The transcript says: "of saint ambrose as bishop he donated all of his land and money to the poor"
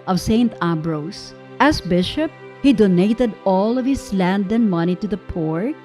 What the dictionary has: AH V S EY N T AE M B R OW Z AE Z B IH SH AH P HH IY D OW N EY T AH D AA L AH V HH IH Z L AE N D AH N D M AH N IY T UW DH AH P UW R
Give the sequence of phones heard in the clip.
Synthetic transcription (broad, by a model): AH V S EY N T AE B R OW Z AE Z B IH SH AH P HH IY D OW N EY T AH D AA L AH V HH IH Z L AE N D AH N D M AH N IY T UW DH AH P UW R